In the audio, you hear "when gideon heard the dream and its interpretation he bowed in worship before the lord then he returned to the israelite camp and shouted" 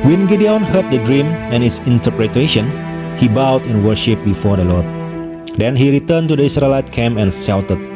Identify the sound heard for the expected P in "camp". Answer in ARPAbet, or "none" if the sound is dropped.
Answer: none